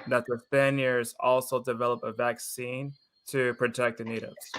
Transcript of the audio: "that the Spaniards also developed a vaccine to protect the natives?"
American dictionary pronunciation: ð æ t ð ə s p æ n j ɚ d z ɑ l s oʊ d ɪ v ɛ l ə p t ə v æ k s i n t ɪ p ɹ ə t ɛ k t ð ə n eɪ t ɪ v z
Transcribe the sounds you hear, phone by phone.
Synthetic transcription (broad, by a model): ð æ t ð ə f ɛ n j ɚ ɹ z ɑ l s oʊ d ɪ v ɛ l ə p ə v æ k s i n t ɪ p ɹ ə t ɛ k ð ə n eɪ t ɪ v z